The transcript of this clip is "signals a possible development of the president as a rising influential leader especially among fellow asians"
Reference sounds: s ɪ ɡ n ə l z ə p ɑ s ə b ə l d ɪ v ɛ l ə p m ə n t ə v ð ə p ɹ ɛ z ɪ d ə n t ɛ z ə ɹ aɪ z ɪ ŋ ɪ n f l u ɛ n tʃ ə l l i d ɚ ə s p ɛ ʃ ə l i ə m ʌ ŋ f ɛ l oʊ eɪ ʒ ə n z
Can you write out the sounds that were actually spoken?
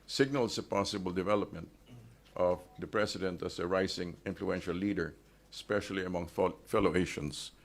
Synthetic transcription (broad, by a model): s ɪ ɡ n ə l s ə p ɑ s ə b ə l d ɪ v ɛ l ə p m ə n t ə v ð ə p ɹ ɛ s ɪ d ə n t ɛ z ə ɹ aɪ s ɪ ŋ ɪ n f l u ɛ n ʃ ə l l i d ɚ s p ɛ ʃ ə l i ə m ʌ ŋ f ɛ l oʊ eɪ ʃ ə n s